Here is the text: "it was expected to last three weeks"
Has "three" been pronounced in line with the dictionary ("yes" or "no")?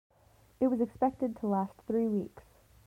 yes